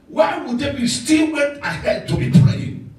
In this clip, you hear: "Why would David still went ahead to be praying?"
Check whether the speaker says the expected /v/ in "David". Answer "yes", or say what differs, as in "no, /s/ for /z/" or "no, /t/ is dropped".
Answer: no, /b/ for /v/